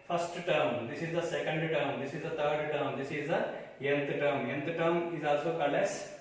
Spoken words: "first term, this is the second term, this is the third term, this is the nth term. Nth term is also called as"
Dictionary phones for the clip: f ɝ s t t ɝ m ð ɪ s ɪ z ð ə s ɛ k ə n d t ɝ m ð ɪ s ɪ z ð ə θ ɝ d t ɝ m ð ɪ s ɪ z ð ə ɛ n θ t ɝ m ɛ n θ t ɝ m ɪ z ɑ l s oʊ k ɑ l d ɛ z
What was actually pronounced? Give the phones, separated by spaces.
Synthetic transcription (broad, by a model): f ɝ s t t ɝ m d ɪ s ɪ z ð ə s ɛ k ə n d t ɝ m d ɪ s ɪ z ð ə t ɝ d t ɝ m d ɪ s ɪ z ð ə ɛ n t t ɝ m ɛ n t t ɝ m ɪ z ɑ l s oʊ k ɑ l ɛ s